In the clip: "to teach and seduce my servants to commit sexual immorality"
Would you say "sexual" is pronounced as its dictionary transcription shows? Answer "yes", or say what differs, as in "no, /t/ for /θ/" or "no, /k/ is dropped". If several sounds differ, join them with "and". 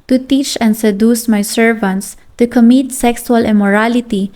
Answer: no, /s/ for /ʃ/